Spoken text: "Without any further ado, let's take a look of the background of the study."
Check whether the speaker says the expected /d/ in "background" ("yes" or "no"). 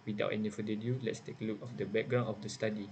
no